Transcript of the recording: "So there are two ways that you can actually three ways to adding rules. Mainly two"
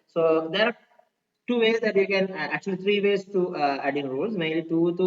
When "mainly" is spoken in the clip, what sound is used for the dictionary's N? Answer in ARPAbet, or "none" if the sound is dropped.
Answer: none